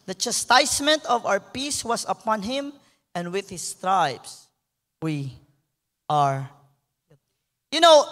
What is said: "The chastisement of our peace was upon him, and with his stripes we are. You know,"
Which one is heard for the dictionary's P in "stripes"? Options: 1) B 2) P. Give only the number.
1